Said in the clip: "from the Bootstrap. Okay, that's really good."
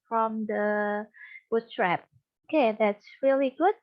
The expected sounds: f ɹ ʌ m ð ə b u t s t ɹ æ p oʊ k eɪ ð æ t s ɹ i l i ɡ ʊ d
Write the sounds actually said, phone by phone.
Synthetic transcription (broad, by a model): f ɹ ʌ m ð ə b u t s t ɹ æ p oʊ k eɪ ð æ t s ɹ i l i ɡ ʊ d